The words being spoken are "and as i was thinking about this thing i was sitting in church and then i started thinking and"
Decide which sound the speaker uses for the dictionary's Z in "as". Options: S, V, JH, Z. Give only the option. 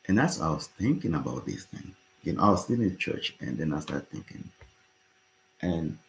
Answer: S